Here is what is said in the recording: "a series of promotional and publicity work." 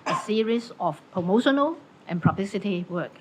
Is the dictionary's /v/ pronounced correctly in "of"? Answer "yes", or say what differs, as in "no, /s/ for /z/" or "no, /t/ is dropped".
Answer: no, /f/ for /v/